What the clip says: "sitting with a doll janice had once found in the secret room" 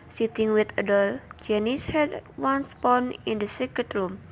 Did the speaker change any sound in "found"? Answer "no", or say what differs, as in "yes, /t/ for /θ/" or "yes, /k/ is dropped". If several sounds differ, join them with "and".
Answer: yes, /p/ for /f/ and /d/ is dropped